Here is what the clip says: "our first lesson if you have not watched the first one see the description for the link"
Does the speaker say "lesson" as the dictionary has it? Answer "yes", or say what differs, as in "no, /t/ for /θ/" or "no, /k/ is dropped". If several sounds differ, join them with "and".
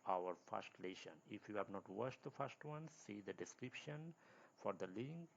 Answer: no, /ʃ/ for /s/